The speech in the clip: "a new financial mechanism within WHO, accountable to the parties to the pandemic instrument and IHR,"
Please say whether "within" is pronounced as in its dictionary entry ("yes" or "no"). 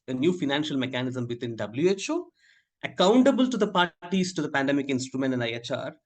no